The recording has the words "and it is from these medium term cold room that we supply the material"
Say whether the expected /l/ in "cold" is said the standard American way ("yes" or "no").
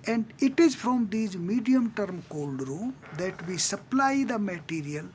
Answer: yes